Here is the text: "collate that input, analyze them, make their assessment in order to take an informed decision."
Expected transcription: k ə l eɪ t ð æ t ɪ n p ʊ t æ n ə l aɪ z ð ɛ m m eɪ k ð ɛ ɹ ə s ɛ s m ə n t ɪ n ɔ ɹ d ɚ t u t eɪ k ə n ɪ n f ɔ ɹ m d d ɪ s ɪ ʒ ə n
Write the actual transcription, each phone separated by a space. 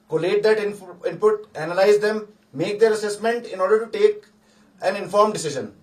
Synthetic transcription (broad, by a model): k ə l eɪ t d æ t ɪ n p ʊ t æ n ə l aɪ z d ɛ m m eɪ k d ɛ ɹ ə s ɛ s m ə n t ɪ n ɔ ɹ d ɚ t u t eɪ k ə n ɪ n f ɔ ɹ m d d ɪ s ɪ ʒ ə n